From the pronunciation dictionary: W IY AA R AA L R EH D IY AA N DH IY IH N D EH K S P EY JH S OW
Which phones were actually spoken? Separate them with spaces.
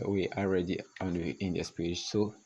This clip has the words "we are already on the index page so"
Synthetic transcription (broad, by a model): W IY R AA L R EH D IY AA N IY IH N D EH S P EY JH S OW